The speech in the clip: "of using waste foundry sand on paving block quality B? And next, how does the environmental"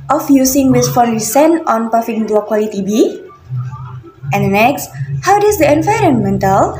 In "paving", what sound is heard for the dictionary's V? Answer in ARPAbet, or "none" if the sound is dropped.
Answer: F